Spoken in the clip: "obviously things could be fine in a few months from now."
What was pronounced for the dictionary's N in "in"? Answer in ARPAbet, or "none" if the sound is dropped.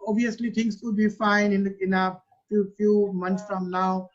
N